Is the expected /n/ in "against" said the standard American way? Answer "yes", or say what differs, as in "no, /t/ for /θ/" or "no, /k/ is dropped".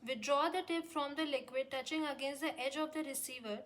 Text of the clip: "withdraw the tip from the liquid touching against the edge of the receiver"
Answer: yes